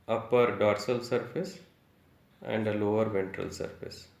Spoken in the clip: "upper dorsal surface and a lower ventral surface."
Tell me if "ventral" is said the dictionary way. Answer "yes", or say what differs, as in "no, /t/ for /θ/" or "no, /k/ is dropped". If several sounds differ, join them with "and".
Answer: yes